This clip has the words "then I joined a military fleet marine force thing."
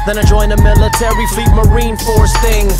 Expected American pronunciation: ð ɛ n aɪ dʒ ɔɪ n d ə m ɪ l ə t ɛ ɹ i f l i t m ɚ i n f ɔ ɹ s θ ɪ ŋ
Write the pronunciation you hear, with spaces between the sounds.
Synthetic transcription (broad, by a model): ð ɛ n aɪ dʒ ɔɪ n ə m ɪ l ə t ɛ ɹ i f l i t m ɚ i n f ɔ ɹ s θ ɪ ŋ